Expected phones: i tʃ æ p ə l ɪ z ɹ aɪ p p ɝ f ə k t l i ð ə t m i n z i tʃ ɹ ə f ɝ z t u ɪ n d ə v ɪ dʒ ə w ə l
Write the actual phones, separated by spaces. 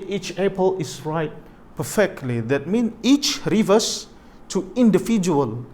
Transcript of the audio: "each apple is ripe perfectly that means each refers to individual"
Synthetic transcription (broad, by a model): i tʃ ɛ p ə l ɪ s ɹ aɪ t p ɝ f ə k t l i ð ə t m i n i tʃ ɹ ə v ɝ s t u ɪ n d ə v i dʒ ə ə l